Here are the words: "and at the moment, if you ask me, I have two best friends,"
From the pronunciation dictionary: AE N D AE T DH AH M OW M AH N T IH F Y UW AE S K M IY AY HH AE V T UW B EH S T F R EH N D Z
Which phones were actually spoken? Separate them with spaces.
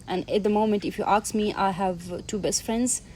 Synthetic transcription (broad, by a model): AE N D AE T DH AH M OW M AH N T IH F Y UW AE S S M IY AY HH AE V T UW B EH S T F R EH N D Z